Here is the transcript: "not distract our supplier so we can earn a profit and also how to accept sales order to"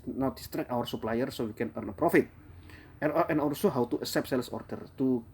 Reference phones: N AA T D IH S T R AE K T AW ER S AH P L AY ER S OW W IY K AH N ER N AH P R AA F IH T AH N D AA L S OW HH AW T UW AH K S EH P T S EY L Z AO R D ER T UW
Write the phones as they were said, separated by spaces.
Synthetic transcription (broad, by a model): N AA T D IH S T R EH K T AW ER S AH P L AY ER S OW W IY K AH N ER N AH P R AA F IH T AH N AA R S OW HH AW T UW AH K S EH P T S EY L S AO R D ER T UW